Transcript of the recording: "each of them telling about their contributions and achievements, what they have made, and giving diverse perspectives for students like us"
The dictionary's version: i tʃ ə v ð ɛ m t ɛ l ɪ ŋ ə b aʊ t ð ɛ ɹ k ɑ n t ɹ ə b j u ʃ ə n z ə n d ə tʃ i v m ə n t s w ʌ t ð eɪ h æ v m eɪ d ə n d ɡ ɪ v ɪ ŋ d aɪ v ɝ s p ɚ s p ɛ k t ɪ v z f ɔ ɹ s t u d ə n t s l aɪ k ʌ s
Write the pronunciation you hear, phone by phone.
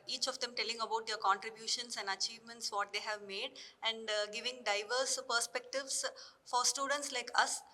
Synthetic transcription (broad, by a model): i tʃ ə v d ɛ m t ɛ l ɪ ŋ ə b aʊ t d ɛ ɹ k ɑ n t ɹ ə b j u ʃ ə n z ə n d ə tʃ i v m ə n t s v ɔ t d eɪ h æ v m eɪ d ə n d ɡ ɪ v ɪ ŋ d aɪ v ɝ s p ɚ s p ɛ k t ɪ v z f ɔ ɹ s t u d ə n t s l aɪ k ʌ s